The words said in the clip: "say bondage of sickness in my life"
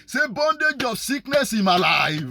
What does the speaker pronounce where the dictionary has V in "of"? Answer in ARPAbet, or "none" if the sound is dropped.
B